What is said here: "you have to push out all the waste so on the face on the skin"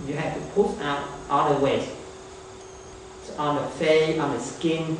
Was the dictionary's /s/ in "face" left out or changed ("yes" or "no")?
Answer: yes